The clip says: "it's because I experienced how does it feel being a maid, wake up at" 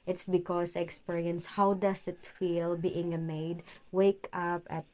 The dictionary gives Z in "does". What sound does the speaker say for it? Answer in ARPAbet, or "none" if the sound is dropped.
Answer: S